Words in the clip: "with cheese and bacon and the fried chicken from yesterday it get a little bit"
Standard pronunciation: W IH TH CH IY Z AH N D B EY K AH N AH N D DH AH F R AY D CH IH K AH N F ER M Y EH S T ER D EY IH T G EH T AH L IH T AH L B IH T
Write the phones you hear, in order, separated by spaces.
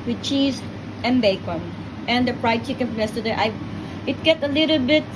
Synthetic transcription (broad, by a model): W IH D CH IY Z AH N B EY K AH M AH N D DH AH P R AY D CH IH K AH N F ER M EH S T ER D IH IH T G EH T AH L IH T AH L B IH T